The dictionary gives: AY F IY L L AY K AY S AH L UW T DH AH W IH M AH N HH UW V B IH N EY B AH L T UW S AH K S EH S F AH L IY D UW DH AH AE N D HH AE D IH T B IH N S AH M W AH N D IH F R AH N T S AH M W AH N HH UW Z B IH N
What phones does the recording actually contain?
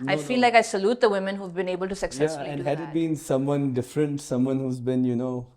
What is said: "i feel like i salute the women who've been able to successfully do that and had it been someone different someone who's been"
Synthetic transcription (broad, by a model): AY F IY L L AY K AY S AH L UW T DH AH W IH M AH N HH UW V B IH N EY B AH L T UW S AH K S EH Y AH IY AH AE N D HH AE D IH T B IH N S AH M W AH N D IH F R AH N T S AH M W AH N HH UW Z B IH N